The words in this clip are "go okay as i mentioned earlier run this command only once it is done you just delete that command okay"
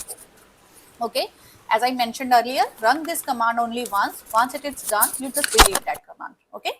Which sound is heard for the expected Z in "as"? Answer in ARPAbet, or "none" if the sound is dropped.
Z